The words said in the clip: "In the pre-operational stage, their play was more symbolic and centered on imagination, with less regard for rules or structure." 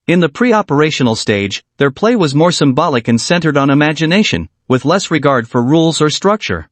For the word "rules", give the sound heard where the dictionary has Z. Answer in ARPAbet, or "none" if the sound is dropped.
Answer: Z